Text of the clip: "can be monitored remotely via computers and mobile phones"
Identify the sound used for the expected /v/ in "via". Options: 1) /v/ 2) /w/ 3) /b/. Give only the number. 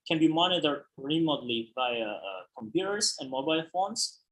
3